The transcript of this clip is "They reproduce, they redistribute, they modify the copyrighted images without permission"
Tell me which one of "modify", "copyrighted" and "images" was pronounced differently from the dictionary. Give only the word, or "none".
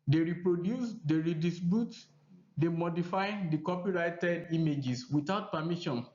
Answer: images